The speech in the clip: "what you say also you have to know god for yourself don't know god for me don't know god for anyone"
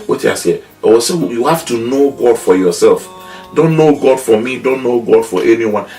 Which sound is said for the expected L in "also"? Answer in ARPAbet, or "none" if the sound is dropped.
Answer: none